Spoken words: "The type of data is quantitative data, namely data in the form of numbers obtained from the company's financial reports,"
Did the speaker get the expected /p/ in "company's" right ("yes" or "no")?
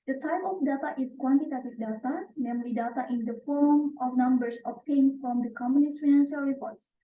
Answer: no